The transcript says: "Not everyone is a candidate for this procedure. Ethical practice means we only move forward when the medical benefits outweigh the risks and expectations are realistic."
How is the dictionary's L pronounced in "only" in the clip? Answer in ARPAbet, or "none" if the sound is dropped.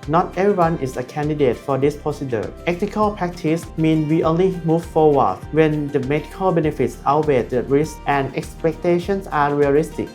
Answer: L